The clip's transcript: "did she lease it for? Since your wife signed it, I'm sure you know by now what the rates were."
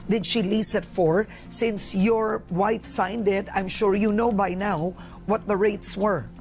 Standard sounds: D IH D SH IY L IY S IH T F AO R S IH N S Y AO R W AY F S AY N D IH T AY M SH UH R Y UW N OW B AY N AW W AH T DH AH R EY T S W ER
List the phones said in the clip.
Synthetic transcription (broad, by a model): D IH D SH IY L IY S IH T F AO R S IH N S Y AO R W AY F S AY N D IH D AY M SH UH R Y UW N OW B AY N AW W AH T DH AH R EY T S W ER